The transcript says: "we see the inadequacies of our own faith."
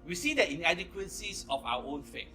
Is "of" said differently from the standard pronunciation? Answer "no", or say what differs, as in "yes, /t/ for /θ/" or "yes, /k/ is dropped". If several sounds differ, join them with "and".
yes, /f/ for /v/